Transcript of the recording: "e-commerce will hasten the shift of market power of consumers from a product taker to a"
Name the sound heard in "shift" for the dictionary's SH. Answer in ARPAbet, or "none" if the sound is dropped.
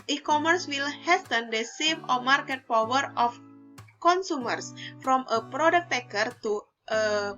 S